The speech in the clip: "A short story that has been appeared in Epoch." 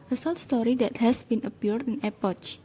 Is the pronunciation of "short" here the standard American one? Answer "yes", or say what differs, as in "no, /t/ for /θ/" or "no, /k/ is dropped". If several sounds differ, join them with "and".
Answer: no, /s/ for /ʃ/ and /l/ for /ɹ/